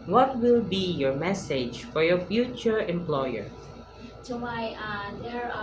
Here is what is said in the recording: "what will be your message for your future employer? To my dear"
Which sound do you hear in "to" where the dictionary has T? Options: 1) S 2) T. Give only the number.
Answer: 1